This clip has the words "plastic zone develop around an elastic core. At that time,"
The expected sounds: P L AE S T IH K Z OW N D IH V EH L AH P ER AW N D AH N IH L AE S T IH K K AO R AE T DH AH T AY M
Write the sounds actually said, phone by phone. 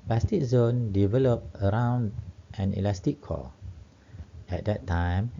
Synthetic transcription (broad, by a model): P L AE S T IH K Z OW N D IH V EH L AH P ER AW N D AH N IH L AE S T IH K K AO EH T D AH T AY M